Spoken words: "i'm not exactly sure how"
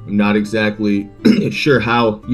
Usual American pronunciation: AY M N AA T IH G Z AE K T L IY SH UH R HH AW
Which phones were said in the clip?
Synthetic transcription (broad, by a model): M N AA T IH G Z AE K T L IY SH UH R HH AW